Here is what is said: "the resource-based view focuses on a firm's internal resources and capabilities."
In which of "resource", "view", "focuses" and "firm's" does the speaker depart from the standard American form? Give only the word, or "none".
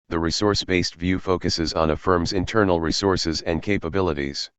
none